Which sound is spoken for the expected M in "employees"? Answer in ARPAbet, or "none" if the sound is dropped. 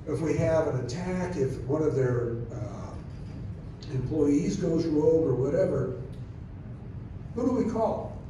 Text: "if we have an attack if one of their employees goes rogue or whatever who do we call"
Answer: M